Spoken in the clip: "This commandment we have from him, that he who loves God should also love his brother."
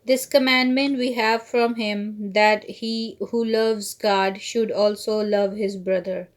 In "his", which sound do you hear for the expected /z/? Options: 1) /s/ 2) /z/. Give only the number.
2